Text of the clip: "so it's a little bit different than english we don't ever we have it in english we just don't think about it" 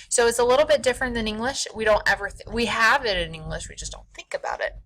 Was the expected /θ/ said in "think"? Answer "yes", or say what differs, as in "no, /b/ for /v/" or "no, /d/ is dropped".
yes